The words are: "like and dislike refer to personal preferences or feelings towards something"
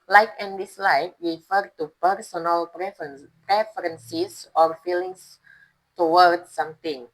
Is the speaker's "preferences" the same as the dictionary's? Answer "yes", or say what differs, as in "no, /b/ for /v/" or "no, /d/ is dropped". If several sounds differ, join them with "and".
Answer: no, /s/ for /z/